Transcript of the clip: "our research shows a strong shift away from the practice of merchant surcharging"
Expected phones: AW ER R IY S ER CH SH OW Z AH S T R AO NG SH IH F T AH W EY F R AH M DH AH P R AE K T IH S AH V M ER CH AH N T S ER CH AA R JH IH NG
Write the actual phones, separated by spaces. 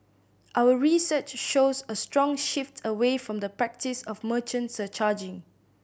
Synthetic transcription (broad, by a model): AW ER R IY S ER CH SH OW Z AH S T R AO NG SH IH F T AH W EY F R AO M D AH P R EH K T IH S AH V M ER CH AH N T S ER CH AA JH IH NG